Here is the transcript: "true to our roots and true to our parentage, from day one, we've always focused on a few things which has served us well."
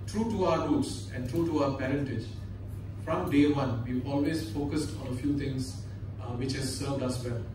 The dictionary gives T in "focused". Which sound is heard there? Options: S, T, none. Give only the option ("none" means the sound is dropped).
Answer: T